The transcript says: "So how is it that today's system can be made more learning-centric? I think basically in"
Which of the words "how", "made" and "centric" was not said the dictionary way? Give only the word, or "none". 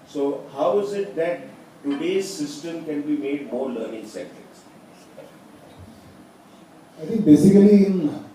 centric